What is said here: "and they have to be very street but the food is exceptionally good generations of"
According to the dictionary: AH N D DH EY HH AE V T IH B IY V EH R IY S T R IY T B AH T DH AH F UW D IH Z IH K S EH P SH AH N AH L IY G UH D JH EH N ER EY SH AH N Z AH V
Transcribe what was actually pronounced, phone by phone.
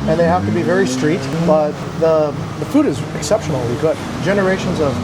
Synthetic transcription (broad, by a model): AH N DH EY HH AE F T IH B IY V EH R IY S T R IY T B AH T DH AH F UW D IH Z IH K S EH P SH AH N L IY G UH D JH EH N ER EY SH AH N Z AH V